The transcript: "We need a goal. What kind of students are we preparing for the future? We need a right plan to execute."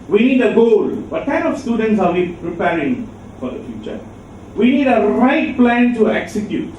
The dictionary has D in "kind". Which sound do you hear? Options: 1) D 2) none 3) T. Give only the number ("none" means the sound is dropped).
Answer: 2